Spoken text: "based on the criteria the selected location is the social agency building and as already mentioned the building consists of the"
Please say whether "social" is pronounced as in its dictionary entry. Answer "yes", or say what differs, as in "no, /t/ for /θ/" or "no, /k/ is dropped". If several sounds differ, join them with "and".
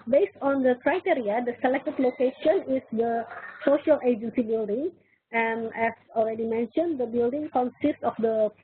yes